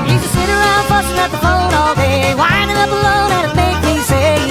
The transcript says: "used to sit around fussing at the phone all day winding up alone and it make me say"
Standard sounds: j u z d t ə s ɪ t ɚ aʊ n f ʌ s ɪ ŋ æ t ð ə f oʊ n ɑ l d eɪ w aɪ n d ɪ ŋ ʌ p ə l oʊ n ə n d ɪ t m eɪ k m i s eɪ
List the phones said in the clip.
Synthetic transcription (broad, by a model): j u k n s ɪ t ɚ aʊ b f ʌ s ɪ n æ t ð ə f oʊ n ɑ l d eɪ w aɪ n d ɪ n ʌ b ə l oʊ n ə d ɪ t m eɪ k m i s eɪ